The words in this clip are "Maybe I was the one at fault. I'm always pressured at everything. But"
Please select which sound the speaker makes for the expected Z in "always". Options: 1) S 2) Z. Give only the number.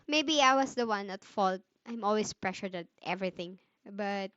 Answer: 1